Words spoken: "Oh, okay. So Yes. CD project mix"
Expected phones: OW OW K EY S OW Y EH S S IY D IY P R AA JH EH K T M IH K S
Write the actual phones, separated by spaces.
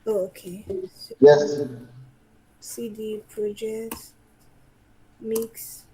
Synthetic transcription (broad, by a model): OW OW K EY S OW Y EH S S IY D IY P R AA JH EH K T M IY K S